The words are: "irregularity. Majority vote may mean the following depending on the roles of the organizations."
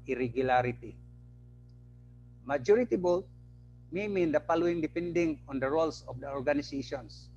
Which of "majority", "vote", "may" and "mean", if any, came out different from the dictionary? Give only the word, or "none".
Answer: vote